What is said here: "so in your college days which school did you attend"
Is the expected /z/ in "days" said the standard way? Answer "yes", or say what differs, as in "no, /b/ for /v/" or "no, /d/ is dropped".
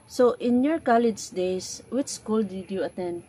no, /s/ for /z/